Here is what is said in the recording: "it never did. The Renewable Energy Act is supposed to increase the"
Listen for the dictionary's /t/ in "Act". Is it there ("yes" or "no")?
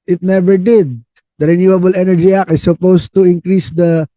no